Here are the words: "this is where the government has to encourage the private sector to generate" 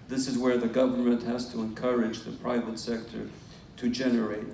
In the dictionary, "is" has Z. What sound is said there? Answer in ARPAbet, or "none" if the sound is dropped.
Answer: Z